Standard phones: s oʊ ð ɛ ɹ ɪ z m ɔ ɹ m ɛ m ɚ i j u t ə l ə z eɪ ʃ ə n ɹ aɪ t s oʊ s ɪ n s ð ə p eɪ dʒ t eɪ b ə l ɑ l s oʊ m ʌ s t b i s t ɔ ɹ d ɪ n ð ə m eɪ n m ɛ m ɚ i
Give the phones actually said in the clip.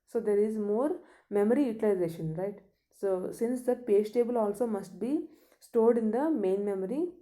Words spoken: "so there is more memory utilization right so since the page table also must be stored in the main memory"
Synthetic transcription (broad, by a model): s oʊ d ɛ ɹ ɪ z m ɔ ɹ m ɛ m ɚ i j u t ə l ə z eɪ ʃ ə n ɹ aɪ t s oʊ s ɪ n s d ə p eɪ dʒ t eɪ b ə l ɑ l s oʊ m ʌ s t b i s t ɔ ɹ d ɪ n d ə m eɪ n m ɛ m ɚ i